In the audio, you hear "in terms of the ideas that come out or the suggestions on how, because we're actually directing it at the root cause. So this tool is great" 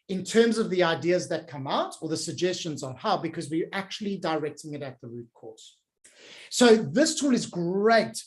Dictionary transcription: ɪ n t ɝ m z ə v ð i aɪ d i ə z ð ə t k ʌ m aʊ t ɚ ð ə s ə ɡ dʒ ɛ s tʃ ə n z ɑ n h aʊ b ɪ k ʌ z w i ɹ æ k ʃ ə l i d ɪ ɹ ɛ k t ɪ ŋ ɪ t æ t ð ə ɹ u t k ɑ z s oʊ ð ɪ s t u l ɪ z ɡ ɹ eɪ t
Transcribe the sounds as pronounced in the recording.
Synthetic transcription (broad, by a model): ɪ n t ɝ m z ə v ð i aɪ d i ə z ð ə t k ʌ m aʊ t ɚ ð ə s ə ɡ dʒ ɛ s tʃ ə n z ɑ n h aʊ b ɪ k ʌ z w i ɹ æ k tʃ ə l i d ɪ ɹ ɛ k t ɪ ŋ ɪ t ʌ t ð ə ɹ u t k ɑ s s oʊ ð ɪ s t u l ɪ z ɡ ɹ eɪ t